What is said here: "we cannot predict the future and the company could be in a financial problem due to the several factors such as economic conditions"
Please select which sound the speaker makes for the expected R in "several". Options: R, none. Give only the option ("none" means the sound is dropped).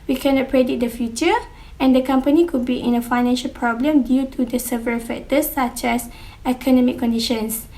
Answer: none